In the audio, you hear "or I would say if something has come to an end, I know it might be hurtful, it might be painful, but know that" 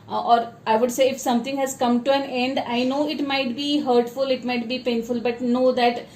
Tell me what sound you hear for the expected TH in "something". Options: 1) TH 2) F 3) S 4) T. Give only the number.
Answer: 4